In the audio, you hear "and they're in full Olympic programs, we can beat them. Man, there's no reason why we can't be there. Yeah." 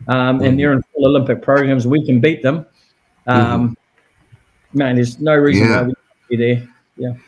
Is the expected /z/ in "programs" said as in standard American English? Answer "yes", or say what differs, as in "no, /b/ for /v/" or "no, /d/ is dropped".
yes